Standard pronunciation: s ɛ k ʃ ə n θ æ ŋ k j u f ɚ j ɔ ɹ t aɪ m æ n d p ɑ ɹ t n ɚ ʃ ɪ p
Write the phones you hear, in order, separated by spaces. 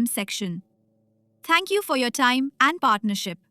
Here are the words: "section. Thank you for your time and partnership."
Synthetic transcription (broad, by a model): s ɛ k ʃ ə n t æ ŋ k j u f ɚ j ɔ t aɪ m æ n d p ɑ t n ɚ ʃ ɪ p